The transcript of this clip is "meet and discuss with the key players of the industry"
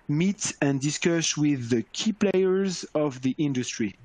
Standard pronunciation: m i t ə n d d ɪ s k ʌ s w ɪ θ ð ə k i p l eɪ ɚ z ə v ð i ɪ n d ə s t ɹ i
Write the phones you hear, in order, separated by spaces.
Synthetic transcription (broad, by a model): m i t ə n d d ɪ s k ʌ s w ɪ ð ə k i p l eɪ ɚ z ə v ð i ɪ n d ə s t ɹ i